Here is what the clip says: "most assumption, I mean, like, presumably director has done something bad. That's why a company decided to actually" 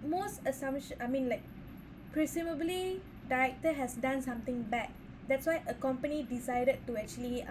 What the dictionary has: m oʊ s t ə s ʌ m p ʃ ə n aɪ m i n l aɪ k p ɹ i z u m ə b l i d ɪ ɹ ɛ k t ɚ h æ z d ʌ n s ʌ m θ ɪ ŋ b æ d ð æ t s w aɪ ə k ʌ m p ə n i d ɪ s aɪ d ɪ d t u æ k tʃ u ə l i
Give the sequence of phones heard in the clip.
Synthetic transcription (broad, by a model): m oʊ s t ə s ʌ m ʃ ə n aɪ m i n l aɪ k p ɹ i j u m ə b l i d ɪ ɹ ɛ k t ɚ h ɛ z d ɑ n s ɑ m t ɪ ŋ b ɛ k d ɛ t s w aɪ ə k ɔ m p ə n i d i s aɪ d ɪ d t u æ k tʃ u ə l i